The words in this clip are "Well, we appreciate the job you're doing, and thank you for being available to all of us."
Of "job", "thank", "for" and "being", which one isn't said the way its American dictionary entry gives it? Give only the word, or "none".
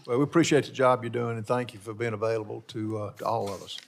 none